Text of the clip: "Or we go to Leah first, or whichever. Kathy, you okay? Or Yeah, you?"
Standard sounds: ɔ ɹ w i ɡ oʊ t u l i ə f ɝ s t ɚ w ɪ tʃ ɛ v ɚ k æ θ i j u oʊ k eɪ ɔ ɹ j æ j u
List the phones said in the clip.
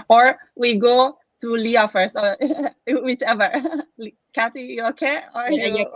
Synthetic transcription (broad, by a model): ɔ ɹ w i ɡ oʊ t u l i ə f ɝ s ɚ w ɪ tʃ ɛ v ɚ k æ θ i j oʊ k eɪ ɔ ɹ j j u